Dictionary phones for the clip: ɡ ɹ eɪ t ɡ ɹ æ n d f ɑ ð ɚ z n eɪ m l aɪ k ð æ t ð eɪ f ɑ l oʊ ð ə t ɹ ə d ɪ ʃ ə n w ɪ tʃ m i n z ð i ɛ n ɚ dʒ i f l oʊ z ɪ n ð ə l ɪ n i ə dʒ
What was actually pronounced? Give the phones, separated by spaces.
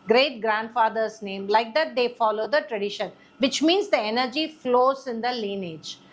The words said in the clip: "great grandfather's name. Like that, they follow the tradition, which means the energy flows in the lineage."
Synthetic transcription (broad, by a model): ɡ ɹ eɪ t ɡ ɹ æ n d f ɑ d ɚ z n eɪ m l aɪ k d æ t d eɪ f ɑ l oʊ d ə t ɹ ə d ɪ ʃ ə n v ɪ tʃ m i n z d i ɛ n ɚ dʒ i f l oʊ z ɪ n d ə l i n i dʒ